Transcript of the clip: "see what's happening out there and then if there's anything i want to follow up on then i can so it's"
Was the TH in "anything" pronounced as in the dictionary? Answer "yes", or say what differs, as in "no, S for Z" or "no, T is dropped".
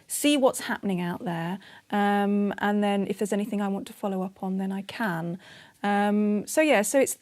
yes